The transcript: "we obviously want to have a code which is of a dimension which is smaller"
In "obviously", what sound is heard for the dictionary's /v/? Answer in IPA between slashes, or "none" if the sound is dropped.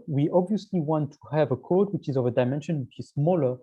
/v/